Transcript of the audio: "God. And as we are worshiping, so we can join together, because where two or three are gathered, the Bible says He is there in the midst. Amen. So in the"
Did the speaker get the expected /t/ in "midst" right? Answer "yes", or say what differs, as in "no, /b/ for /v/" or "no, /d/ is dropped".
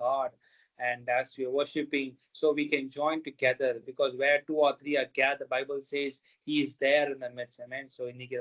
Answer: no, /t/ is dropped